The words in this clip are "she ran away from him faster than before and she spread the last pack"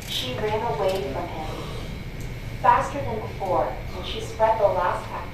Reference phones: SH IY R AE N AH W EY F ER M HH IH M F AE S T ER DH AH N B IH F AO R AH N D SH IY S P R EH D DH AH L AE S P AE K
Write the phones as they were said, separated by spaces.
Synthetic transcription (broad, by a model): SH IY R AE N AH W EY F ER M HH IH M F AE S T ER DH AH N B IH F AO R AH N SH IY S P R EH D DH AH L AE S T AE